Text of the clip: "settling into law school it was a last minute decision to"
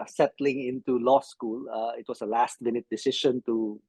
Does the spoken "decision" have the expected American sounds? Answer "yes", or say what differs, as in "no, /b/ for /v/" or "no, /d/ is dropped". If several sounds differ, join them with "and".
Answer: no, /ʃ/ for /ʒ/